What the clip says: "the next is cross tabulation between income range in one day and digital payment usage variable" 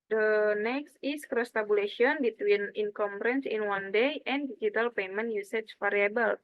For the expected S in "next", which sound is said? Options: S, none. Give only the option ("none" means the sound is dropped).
S